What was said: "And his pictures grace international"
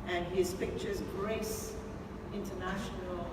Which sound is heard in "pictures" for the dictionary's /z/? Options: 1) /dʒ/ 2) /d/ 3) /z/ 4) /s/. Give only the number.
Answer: 3